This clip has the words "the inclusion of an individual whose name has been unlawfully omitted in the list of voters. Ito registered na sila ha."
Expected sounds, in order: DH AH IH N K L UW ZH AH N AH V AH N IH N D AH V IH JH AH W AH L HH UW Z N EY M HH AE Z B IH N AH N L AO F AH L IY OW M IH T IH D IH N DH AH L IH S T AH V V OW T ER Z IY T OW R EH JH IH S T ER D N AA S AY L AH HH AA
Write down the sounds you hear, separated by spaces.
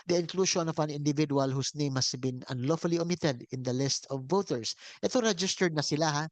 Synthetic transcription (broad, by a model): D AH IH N K L UW SH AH N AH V AH N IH N D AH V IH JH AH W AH L HH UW S N EY M HH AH S B IH N AH N L AO F AH L IY OW M IH T IH D IH N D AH L IH S T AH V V OW T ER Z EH T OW R EH JH IH S T ER D N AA S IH L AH HH AA